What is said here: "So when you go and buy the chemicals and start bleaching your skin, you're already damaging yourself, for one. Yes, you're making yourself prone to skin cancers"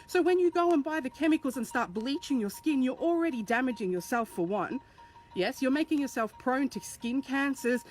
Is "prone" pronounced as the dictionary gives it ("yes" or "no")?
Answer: yes